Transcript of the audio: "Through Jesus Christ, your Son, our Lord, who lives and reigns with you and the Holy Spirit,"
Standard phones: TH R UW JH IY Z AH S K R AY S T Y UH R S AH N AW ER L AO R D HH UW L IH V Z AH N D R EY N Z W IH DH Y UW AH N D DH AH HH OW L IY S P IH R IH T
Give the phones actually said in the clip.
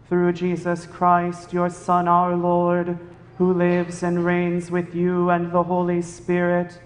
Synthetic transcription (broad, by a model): TH R UW JH IY Z AH S K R AY S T Y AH R S AH N AW ER L AO R D HH UW L IH V Z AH N R EY N Z W IH DH Y UW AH N DH AH HH OW L IY S P IH R IH T